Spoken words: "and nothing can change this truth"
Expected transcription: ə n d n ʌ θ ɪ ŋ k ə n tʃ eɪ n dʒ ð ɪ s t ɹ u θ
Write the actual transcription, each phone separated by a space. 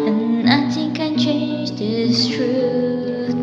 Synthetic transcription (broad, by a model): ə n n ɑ t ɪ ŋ k ə n tʃ eɪ n dʒ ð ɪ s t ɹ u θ